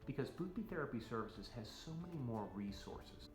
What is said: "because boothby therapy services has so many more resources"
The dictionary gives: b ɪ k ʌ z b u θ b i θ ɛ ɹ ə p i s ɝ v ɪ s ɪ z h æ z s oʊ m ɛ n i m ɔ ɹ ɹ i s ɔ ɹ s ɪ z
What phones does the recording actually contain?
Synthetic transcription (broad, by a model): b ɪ k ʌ z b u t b i θ ɛ ɹ ə p i s ɝ v ɪ s ɪ z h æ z s oʊ m ɛ n i m ɔ ɹ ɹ i s ɔ ɹ s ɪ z